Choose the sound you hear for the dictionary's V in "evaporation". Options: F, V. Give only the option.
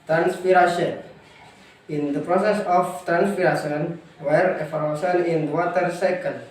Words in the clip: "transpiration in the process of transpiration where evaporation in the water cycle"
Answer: F